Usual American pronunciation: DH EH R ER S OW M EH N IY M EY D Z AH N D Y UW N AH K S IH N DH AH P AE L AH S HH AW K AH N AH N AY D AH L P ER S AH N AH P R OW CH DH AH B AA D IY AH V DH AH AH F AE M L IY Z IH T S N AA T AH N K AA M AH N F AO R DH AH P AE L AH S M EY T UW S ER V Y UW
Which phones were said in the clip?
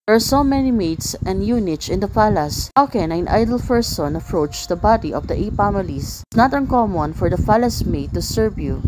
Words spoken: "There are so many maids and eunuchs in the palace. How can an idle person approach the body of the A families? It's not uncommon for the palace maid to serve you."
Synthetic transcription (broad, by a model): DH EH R S OW M EH N IY M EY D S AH N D Y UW N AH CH IH N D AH F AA L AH S HH AW K AH N AH N AY D AH L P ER S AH N AH P R OW CH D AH B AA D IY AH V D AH AH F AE M IY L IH S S N AA T AH N K AA M AH N F AO R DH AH F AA L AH S M EY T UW S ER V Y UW